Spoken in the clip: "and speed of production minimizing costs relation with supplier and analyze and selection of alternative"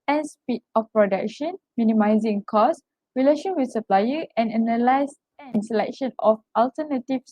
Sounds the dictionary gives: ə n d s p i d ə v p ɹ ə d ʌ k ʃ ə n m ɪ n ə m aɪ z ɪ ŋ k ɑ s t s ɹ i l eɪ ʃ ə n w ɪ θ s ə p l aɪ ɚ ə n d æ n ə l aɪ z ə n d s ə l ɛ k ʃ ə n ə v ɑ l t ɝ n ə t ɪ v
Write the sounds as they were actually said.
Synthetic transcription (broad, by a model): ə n s p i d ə f p ɹ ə d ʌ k ʃ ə n m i n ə m aɪ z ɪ ŋ k ɑ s s ɹ i l eɪ ʃ ə n w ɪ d s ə p l aɪ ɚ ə n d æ n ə l aɪ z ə n s ə l ɛ k ʃ ə n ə f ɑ l t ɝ n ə t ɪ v